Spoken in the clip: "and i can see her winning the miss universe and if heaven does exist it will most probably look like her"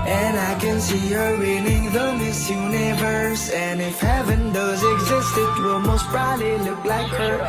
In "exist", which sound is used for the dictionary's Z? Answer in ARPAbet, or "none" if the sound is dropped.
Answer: Z